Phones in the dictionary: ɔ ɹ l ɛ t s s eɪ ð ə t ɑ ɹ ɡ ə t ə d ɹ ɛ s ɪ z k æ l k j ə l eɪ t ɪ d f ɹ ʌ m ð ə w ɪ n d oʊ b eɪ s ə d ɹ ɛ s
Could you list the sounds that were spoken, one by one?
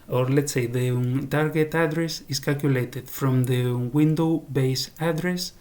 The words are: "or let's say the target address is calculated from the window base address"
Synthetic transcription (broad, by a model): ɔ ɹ l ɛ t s s eɪ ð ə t ɑ ɹ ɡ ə t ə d ɹ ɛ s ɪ s k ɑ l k j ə l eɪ t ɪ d f ɹ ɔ m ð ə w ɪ n d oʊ b eɪ s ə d ɹ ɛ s